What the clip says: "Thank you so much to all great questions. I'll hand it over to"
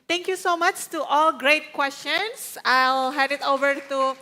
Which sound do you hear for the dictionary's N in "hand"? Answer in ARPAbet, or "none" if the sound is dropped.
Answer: none